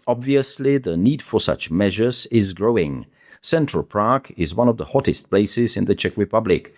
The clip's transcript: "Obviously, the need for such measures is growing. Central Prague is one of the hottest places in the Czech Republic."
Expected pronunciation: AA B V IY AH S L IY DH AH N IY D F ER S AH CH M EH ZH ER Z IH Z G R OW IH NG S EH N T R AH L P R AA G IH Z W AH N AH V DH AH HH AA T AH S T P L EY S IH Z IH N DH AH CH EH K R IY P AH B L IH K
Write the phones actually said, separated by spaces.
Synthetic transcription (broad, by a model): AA B V IY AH S L IY DH AH N IY D F ER S AH CH M EH ZH ER Z IH Z G R OW IH NG S EH N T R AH L P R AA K IH Z W AH N AH V DH AH HH AA T AH S T P L EY S IH Z IH N DH AH CH EH K R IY P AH B L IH K